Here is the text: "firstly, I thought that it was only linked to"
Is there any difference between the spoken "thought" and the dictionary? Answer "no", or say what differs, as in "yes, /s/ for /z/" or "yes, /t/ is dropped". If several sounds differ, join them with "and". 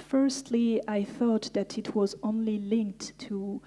no